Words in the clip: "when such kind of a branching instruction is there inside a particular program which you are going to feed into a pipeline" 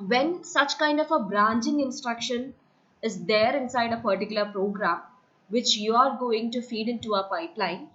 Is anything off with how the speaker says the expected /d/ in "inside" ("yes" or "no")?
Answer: no